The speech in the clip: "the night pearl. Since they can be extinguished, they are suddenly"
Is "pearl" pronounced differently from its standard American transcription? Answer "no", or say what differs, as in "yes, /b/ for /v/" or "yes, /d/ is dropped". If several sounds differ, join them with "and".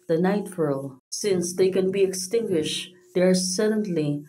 yes, /f/ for /p/